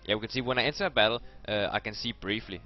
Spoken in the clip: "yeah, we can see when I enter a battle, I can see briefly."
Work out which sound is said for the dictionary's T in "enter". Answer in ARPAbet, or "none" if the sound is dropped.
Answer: S